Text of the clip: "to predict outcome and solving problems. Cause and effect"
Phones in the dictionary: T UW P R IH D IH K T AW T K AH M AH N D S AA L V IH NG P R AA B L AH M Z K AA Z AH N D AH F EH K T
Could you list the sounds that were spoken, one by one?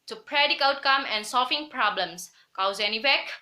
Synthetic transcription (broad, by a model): T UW P R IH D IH K AW T K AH M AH N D S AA L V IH NG P R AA B L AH M S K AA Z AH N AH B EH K